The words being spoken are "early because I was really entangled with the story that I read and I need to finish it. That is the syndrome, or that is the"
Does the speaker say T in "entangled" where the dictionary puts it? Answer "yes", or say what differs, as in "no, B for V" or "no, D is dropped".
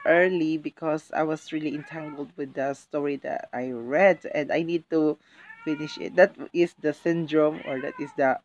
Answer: yes